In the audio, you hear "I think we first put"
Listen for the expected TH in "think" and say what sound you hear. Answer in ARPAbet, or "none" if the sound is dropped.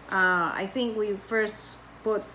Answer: TH